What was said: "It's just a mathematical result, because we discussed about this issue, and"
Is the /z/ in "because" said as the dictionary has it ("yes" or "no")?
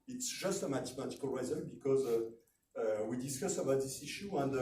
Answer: yes